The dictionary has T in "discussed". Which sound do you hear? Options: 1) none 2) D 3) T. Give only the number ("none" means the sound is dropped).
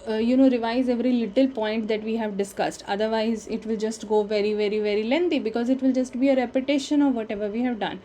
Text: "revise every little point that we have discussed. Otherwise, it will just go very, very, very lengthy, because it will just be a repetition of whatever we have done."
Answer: 3